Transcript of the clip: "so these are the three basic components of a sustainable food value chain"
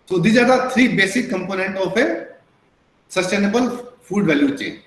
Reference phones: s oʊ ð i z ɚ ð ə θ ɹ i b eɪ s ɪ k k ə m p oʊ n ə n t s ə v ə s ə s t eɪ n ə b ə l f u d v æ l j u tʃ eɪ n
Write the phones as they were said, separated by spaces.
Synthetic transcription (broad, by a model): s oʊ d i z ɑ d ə t ɹ i b eɪ s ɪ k k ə m p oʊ n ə n t ə f ə s ə s t eɪ n ə b ə l f u d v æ l j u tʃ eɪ